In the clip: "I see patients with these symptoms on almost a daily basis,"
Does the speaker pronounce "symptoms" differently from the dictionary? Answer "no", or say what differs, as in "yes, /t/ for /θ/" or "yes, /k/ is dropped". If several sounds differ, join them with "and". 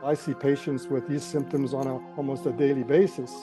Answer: no